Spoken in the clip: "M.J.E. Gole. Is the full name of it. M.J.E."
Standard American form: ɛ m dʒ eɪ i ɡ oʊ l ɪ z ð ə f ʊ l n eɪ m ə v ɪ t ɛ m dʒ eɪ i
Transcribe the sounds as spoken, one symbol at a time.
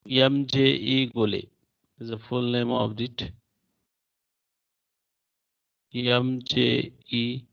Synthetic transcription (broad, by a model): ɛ m dʒ eɪ i ɡ oʊ l ɪ z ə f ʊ l n eɪ m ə b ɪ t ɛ m dʒ eɪ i